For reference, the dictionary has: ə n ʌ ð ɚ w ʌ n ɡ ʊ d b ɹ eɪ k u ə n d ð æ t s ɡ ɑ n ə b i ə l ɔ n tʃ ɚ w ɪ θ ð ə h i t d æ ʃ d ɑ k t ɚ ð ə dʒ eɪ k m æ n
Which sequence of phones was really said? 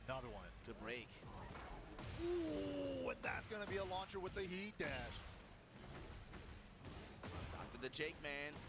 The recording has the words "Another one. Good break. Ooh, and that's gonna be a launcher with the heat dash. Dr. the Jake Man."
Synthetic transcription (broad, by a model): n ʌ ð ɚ w ʌ n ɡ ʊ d b ɹ eɪ k u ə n ð æ t s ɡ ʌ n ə b i ə l ɔ n tʃ ɚ w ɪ ð ə h i t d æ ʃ d ɑ k t ɚ ð ə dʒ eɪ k m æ n